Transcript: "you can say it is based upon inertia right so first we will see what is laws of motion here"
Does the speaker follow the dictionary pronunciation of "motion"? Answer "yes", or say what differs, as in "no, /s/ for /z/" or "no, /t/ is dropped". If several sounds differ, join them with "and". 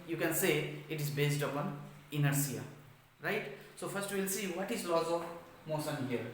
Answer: no, /s/ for /ʃ/